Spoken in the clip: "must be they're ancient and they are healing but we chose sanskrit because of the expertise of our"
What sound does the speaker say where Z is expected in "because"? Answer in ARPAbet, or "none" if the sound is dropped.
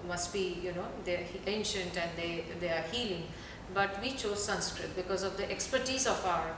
Z